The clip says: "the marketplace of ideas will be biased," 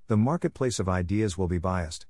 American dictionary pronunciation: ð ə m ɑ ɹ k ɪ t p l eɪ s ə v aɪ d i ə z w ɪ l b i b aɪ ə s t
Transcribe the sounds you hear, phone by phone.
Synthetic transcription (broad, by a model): ð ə m ɑ ɹ k ɪ t p l eɪ s ə v aɪ d i ə z w ɪ l b i b aɪ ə s t